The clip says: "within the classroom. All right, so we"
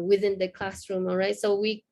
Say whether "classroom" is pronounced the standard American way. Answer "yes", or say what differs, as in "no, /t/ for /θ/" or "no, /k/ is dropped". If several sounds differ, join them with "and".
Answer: yes